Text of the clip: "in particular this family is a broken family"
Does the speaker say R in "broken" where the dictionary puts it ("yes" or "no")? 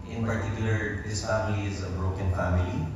yes